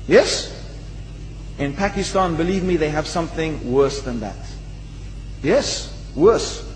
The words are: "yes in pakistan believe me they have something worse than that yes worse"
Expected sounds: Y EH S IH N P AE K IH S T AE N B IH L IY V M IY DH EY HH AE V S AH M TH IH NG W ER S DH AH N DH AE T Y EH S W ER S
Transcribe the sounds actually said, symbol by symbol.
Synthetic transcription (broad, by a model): Y EH S IH N P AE K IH S T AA N B IH L IY V M IY DH EY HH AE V S AH M TH IH NG W ER S DH AH N DH AE T Y EH S W ER S